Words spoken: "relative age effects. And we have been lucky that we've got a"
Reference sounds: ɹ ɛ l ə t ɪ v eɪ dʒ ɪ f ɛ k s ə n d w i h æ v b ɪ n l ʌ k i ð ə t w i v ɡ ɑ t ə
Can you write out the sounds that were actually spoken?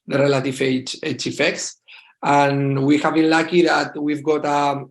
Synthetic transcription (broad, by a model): ɹ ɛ l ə t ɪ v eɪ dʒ ɪ f ɛ k s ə n w i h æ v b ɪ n l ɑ k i ð ə t w i v ɡ ɑ t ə